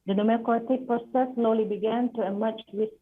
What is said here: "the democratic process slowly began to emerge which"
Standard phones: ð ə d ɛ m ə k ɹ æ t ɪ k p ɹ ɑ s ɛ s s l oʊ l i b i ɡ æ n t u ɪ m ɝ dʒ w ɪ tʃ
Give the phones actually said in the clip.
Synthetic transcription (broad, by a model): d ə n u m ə k ɔ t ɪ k p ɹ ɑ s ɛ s s l oʊ l i b i ɡ æ n t u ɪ m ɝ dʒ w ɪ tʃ